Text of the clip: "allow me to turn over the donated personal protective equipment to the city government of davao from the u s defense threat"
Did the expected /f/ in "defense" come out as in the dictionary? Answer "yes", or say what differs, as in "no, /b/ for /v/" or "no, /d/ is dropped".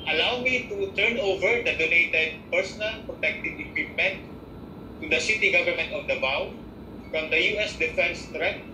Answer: yes